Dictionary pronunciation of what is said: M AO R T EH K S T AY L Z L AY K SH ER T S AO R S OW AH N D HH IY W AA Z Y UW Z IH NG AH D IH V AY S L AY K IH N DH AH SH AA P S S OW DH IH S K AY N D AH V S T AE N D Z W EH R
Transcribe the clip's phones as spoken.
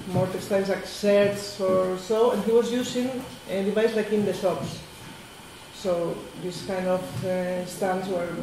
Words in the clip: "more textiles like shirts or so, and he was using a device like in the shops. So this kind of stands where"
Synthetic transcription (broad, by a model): M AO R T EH S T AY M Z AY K S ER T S AO R S OW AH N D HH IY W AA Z Y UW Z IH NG AH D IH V AY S L AY K IH N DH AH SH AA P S S OW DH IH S K AY N D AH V S T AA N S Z W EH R